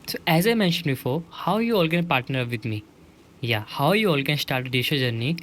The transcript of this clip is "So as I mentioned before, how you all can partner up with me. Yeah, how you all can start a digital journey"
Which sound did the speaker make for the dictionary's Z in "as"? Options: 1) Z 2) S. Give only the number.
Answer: 1